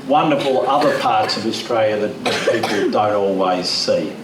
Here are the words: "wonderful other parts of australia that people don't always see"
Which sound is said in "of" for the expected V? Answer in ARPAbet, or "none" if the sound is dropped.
V